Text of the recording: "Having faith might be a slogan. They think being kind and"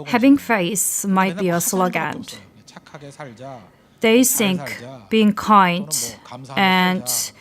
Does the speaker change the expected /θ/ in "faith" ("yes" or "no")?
yes